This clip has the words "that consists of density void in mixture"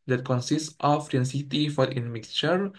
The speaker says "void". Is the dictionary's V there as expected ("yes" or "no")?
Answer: no